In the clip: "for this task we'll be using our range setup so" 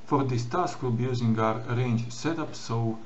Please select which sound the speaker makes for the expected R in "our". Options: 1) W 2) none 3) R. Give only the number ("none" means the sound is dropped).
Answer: 3